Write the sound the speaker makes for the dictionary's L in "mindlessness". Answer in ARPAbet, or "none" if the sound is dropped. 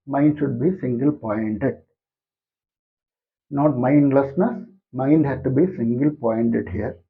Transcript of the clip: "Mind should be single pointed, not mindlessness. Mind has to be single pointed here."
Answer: L